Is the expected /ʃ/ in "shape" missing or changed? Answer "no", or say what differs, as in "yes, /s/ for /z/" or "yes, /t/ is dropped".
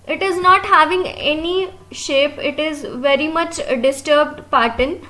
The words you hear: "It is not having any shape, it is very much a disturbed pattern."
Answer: no